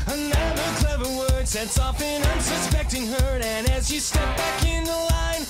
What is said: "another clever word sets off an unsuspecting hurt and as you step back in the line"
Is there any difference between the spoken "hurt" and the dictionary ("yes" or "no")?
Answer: yes